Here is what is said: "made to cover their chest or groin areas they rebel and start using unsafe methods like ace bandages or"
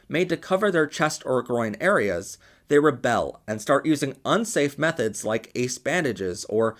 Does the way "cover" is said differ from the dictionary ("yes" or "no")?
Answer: no